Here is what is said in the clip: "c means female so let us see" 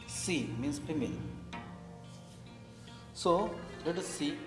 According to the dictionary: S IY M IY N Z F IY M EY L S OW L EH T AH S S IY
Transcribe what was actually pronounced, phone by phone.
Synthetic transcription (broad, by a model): S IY M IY N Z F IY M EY N S OW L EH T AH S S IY